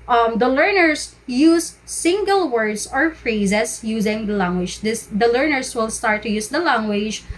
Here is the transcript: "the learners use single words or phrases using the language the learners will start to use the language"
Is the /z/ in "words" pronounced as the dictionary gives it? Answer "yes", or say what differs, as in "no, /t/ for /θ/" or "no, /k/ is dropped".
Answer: no, /s/ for /z/